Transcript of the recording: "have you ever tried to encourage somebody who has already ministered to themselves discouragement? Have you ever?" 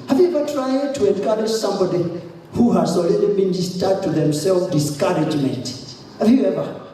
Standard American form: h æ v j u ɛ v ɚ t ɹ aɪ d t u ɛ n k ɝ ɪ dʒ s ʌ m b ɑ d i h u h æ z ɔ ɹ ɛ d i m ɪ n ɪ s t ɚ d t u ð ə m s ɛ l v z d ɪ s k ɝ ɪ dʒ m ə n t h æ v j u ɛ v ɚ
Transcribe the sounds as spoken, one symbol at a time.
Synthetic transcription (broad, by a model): h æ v j u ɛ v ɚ t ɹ aɪ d t u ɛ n k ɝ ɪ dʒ s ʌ m b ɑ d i h u h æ s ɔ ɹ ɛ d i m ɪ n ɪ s t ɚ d t u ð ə m s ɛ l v d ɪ s k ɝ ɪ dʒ m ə n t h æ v j u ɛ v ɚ